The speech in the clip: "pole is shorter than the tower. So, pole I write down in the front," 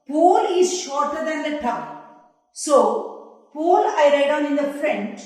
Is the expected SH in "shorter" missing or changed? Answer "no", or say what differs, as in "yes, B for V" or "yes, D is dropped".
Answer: no